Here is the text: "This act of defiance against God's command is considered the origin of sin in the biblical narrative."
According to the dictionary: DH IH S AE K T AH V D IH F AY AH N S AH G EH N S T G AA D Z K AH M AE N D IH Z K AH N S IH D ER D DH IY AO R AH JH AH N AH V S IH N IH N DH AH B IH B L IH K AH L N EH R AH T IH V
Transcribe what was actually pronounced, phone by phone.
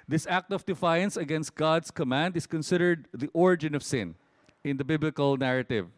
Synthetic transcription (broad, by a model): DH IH S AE K T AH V D IH F AY AH N S AH G EH N S T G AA D S K AH M AE N D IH S K AH N S IH D ER D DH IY AO R AH JH AH N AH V S IH N IH N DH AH B IH B L IH K AH L N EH R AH T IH V